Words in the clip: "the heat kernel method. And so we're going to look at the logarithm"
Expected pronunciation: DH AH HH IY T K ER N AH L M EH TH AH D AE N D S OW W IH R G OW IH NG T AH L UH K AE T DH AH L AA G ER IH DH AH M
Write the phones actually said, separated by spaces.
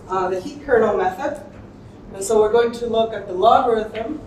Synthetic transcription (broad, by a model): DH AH HH IY T K ER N L M EH TH AH D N S OW W IH R G OW IH NG T AH L UH K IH T DH AH L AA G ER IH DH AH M